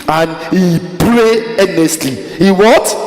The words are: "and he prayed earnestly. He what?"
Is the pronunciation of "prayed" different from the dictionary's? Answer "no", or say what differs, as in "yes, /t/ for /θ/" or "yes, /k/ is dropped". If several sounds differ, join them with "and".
yes, /d/ is dropped